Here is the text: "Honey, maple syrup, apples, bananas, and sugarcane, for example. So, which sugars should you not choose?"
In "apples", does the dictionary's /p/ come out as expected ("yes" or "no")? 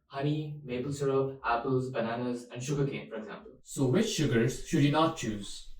yes